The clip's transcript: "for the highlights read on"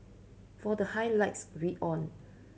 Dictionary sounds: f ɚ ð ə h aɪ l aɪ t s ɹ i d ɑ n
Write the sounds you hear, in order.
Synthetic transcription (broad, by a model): f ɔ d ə h aɪ l aɪ t s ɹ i ɑ n